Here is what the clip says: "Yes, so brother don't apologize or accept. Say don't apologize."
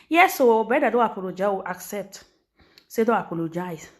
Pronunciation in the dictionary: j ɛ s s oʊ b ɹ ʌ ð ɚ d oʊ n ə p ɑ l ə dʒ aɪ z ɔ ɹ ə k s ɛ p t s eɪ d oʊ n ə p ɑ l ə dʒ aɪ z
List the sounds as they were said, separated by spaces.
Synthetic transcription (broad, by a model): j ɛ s s oʊ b ɛ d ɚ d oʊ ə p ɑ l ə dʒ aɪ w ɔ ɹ ə k s ɛ p t s eɪ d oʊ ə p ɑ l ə dʒ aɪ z